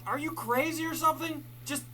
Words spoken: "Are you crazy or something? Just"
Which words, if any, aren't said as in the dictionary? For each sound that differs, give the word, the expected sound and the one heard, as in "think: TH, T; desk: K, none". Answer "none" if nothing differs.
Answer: none